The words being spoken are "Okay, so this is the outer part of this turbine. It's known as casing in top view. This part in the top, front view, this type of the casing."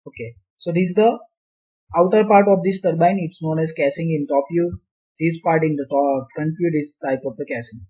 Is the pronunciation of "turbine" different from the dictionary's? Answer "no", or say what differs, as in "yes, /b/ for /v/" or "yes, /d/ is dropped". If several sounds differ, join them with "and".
no